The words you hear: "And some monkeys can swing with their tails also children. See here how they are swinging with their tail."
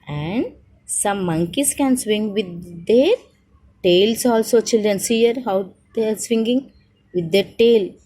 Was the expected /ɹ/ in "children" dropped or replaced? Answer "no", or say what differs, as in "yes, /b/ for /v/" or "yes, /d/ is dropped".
no